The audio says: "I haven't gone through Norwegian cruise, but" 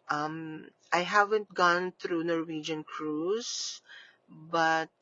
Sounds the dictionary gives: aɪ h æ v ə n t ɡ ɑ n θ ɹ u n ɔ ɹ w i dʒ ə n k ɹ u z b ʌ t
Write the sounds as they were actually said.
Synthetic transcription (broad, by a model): aɪ h æ v ə n t ɡ ɑ n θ ɹ u n ɔ ɹ w i dʒ ə n k ɹ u s b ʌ t